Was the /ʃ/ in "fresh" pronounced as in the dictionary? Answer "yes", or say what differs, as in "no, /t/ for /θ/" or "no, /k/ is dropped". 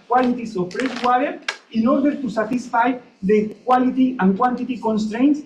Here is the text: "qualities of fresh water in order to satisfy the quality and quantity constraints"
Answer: no, /s/ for /ʃ/